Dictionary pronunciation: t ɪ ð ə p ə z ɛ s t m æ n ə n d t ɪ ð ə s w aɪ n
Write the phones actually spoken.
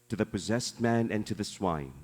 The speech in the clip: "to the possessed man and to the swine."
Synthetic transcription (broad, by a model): t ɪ ð ə p ə z ɛ s t m æ n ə n t ɪ ð ə s w aɪ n